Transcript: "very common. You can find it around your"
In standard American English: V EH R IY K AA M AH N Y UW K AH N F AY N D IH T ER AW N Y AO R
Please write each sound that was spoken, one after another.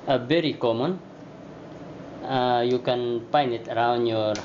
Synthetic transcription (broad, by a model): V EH R IY K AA M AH N Y UW K AH N P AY N IH T ER AW N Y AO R